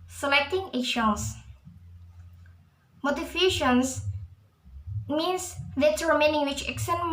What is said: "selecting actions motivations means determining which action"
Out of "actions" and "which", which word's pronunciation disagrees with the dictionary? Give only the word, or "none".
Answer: actions